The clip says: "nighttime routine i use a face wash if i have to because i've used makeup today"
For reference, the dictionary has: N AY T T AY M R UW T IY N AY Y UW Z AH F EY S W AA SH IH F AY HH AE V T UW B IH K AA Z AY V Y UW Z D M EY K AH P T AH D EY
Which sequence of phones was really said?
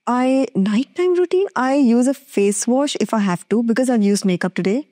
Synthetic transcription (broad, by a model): N AY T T AY M R UW T IY N AY Y UW Z AH F EY S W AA SH IH F AY HH AE V T UW B IH K AA Z AY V Y UW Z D M EY K AH P T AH D EY